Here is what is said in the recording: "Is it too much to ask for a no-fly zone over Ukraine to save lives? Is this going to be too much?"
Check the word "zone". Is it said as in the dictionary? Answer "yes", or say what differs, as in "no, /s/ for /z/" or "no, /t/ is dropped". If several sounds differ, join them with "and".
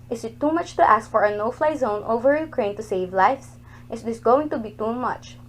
yes